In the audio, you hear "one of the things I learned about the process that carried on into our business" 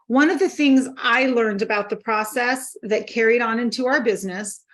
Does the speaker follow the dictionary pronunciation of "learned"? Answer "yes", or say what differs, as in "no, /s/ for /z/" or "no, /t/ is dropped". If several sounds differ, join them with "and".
yes